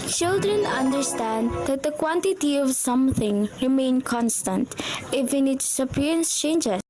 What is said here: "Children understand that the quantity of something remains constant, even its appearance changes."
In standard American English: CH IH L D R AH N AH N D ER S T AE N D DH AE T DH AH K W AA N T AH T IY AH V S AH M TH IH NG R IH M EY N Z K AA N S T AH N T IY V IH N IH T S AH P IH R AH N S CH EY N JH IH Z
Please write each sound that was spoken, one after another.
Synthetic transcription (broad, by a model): CH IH L D R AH N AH N D ER S T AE N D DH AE T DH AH K W AA N T AH T IY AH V S AH M TH IH NG R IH M EY N K AA N S T AH N T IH F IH N IH T S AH P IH R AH N S CH EY N JH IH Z